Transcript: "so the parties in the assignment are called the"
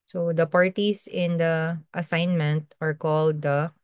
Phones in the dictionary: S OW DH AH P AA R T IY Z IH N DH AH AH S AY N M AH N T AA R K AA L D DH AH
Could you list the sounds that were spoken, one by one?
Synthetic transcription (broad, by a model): S OW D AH P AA R T IY S IH N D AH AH S AY N M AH N T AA R K AA L D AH